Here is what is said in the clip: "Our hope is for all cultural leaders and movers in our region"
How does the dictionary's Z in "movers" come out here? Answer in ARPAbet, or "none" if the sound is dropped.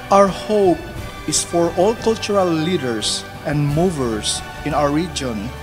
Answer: S